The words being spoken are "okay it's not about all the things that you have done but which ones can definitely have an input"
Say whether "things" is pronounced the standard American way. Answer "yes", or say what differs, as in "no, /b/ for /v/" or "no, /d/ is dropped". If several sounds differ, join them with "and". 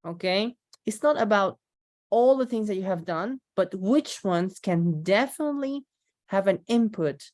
yes